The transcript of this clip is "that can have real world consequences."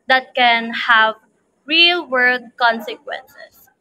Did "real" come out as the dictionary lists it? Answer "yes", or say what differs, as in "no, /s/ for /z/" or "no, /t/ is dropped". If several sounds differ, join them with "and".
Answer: yes